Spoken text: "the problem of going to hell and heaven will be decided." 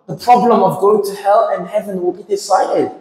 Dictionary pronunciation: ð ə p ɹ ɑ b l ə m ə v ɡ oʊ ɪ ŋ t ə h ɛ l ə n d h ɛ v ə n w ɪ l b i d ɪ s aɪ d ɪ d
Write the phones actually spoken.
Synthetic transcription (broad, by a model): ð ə p ɹ ɑ b l ə m ə v ɡ oʊ ɪ ŋ t ə h ɛ l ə n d h ɛ v ə n w ɪ l b i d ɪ s aɪ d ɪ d